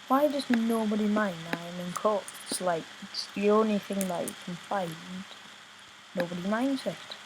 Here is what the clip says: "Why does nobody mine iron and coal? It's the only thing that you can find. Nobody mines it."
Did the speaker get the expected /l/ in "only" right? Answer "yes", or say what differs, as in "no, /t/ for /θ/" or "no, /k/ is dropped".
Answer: yes